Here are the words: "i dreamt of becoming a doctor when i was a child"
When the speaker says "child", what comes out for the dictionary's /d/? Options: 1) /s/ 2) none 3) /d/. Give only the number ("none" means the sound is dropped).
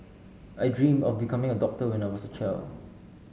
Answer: 2